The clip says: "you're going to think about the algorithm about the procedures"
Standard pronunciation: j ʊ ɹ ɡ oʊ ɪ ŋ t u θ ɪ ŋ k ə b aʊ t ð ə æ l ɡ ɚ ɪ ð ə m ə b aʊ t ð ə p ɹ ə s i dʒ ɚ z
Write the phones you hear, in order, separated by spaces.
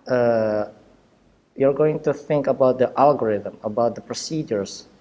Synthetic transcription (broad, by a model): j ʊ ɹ ɡ oʊ ɪ ŋ t u θ ɪ ŋ k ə b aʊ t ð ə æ l ɡ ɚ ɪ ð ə m ə b aʊ t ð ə p ɹ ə s i dʒ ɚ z